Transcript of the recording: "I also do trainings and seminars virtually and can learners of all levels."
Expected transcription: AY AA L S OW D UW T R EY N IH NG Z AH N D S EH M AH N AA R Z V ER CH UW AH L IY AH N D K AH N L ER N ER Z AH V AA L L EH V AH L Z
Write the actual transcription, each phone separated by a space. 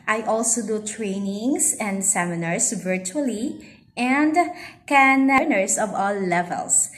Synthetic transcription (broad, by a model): AY AA L S OW D UW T R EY N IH NG S AH N D S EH M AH N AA R S V ER CH UW AH L IY AH N D K AH N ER N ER S AH V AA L L EH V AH L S